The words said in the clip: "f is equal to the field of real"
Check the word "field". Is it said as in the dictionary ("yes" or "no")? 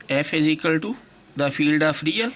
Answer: yes